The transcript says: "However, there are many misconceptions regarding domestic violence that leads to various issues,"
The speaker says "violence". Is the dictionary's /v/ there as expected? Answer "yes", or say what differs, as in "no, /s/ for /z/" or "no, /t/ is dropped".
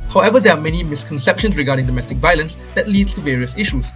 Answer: yes